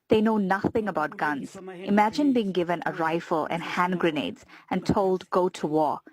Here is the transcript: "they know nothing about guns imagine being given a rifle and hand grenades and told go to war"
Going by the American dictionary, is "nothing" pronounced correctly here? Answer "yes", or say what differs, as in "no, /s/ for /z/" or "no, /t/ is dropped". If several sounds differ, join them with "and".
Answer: yes